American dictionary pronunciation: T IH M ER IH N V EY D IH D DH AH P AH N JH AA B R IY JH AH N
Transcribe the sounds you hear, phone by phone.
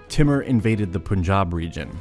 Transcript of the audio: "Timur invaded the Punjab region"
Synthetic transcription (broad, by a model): T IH M ER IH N V EY D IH D DH AH P AH N JH AA B R IY JH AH N